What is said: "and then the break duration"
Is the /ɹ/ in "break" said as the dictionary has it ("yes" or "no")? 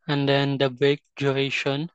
no